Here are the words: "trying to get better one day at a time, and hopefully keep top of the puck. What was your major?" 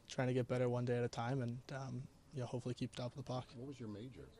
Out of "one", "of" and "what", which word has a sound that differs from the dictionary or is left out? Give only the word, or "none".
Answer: of